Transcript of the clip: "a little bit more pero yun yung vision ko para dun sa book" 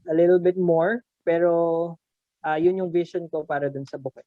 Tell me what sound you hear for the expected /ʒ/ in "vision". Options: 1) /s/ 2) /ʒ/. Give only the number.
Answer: 1